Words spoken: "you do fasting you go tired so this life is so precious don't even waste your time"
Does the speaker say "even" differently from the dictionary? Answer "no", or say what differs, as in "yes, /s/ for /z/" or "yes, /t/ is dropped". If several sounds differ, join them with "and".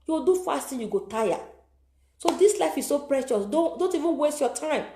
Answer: no